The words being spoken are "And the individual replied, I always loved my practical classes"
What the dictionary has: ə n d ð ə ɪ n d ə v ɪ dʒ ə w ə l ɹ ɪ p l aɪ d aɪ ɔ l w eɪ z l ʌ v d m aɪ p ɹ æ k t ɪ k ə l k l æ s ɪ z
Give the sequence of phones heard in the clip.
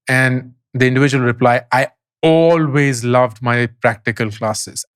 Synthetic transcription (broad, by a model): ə n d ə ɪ n d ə v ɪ dʒ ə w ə l ɹ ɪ p l aɪ aɪ ɔ l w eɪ z l ʌ v d m aɪ p ɹ æ k t ɪ k ə l k l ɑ s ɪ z